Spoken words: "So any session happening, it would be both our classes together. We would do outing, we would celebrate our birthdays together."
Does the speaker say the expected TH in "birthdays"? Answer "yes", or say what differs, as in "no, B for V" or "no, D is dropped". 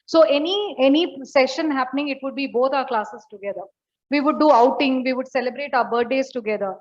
no, T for TH